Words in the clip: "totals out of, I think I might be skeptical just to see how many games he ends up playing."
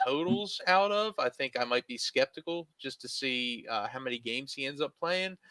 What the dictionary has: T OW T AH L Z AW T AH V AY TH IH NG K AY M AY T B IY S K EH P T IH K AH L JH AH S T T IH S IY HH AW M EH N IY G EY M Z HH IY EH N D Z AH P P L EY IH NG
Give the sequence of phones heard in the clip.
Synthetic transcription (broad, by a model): OW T L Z AW T AH V AY TH IH NG K AY M AY T B IY S K EH P T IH K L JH AH S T T IH S IY HH AW M EH N IY G EY M Z HH IY EH N D Z AH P P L EY IH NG